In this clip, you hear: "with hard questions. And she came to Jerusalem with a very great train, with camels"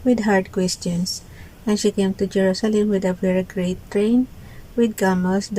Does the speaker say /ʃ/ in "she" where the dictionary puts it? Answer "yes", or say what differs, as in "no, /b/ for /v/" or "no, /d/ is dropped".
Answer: yes